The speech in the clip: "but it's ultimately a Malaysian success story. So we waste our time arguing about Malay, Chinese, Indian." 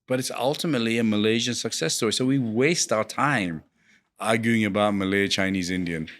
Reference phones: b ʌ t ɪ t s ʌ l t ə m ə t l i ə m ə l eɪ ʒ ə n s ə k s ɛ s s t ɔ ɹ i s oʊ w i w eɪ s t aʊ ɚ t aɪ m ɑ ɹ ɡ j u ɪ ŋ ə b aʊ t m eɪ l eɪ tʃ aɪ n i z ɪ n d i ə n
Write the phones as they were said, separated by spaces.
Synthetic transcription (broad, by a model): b ʌ t ɪ t s ʌ l t ə m ə t l i ə m ə l eɪ ʒ ə n s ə k s ɛ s s t ɔ ɹ i s oʊ w i w eɪ s t aʊ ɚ t aɪ m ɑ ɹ ɡ j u ɪ ŋ ə b aʊ t m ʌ l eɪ tʃ aɪ n i z ɪ n d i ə n